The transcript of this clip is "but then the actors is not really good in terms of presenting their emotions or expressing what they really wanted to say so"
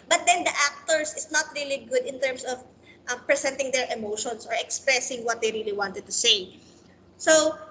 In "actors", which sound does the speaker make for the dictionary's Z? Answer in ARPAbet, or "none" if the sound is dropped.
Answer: S